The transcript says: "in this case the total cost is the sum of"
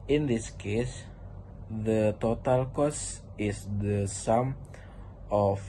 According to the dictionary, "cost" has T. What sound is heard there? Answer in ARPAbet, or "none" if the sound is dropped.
none